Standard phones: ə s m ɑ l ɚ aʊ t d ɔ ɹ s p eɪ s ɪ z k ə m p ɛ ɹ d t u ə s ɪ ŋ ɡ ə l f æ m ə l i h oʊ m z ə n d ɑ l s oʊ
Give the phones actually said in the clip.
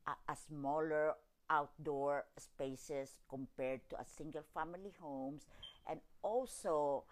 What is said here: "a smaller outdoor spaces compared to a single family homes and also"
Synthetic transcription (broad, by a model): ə s m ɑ l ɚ aʊ t d ɔ ɹ s p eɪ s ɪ s k ə m p ɛ ɹ d t u ə s ɪ ŋ ɡ ə l f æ m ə l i h oʊ m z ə n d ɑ l s oʊ